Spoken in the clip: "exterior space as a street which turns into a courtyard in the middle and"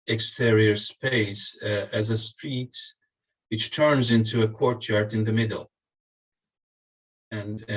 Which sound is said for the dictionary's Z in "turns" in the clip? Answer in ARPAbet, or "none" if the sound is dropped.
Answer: Z